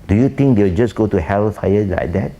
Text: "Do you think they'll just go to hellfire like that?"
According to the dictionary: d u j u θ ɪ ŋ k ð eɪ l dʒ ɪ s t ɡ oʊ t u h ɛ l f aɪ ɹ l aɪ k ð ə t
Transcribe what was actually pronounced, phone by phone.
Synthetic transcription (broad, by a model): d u j u t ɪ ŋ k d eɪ w dʒ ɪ s ɡ oʊ t u h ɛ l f aɪ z l aɪ k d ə t